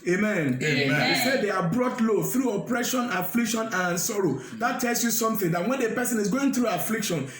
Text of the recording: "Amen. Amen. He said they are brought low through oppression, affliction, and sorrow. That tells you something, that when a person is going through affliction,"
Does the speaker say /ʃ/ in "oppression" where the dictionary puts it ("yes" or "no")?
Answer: yes